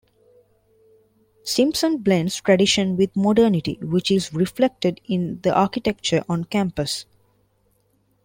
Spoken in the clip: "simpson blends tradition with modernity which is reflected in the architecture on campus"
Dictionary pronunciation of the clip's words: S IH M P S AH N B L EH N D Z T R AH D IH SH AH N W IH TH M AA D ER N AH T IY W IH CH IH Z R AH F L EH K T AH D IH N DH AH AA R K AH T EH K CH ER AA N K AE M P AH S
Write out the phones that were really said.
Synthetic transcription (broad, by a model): S IH M P S AH N B L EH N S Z T R AH D IH SH AH N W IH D M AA D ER N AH T IY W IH CH IH Z R AH F L EH K T AH D IH N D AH AA R K AH T EH K CH ER AA N K AE M P AH S